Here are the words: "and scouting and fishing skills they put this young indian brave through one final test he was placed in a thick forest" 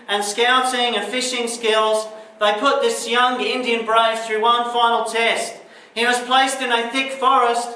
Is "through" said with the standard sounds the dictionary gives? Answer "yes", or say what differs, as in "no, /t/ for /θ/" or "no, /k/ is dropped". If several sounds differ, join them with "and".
yes